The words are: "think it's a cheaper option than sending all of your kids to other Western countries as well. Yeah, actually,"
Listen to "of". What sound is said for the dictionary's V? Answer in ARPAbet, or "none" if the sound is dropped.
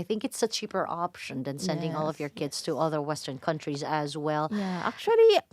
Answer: V